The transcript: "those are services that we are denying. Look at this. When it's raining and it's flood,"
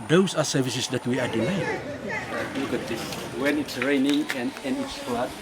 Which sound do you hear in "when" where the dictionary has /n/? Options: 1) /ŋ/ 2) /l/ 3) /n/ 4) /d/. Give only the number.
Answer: 3